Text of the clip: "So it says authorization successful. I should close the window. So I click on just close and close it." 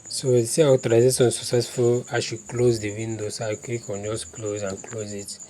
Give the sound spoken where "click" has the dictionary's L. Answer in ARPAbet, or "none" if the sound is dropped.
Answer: none